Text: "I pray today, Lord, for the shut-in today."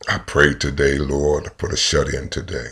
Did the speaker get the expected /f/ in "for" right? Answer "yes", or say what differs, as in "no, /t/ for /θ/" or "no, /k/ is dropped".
no, /p/ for /f/